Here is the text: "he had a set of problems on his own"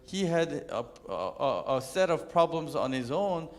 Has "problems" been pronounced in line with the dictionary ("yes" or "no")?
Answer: yes